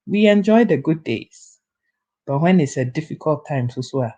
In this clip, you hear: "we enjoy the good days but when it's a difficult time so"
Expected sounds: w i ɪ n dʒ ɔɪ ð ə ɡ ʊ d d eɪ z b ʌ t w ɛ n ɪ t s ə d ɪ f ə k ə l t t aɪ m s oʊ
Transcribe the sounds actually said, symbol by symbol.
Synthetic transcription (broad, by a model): w i ɪ n dʒ ɔɪ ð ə ɡ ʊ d d eɪ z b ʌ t w ɛ n ɪ t s ə d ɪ f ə k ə l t t aɪ m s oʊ